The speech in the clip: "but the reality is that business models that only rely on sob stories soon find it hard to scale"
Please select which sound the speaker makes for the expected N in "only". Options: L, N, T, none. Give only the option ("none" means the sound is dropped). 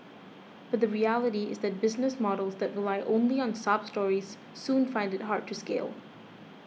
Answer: none